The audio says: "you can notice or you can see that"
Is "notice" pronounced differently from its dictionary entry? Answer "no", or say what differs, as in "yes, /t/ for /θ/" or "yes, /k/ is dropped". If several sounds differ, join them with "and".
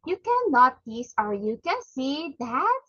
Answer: yes, /l/ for /n/